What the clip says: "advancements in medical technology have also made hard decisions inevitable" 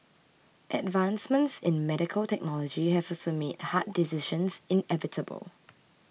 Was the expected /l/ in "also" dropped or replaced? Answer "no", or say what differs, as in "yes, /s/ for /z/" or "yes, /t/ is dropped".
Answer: yes, /l/ is dropped